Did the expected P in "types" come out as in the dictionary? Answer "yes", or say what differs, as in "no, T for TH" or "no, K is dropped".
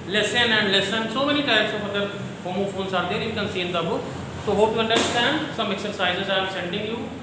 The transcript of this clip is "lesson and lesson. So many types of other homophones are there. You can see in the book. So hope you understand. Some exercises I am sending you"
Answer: no, P is dropped